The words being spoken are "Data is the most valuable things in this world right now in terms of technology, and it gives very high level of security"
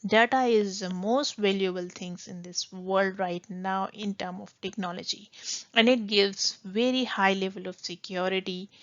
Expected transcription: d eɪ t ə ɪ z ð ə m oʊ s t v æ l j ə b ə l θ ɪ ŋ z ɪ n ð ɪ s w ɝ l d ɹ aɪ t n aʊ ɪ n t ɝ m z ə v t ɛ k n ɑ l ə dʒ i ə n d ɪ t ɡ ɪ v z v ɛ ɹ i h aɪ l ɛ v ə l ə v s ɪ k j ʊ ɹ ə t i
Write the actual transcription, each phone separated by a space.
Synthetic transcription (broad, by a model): d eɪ t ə ɪ z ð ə m oʊ s t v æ l j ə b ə l t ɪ ŋ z ɪ n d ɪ s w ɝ l d ɹ aɪ t n aʊ ɪ n t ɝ m ə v t ɛ k n ɑ l ə dʒ i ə n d ɪ t ɡ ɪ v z v ɛ ɹ i h aɪ l ɛ v ə l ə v s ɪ k j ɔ ɹ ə t i